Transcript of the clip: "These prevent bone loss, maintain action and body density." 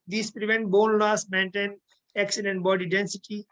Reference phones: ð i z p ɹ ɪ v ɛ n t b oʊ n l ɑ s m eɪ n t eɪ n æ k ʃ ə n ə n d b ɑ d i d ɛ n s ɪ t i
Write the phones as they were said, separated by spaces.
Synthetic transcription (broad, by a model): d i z p ɹ ɪ v ɛ n t b oʊ n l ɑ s m eɪ n t eɪ n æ k s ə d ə n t b ɑ d i d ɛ n s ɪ t i